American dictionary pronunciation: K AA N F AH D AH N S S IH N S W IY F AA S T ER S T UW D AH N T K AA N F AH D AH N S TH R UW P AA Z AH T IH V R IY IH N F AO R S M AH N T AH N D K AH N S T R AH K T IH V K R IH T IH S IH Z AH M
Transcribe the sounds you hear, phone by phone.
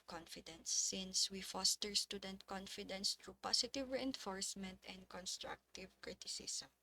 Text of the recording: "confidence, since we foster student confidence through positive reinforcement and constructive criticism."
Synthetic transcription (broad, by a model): K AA N F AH D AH N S S IH N S W IY F AA S T ER S T UW D AH N T K AA N F AH D AH N S T R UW P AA S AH T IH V R IY IH N F AO R S M AH N T AH N D K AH N S T R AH K T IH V K R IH T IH S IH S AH M